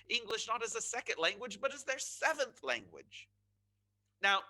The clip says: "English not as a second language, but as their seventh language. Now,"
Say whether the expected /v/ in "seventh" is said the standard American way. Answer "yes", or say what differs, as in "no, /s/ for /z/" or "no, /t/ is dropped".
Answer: yes